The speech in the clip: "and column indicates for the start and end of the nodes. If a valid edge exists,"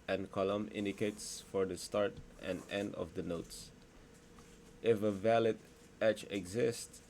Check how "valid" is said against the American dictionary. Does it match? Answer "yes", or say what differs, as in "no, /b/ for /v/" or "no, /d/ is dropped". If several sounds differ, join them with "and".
yes